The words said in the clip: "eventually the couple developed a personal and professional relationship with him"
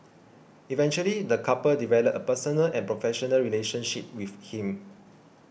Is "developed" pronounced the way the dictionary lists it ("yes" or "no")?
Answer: no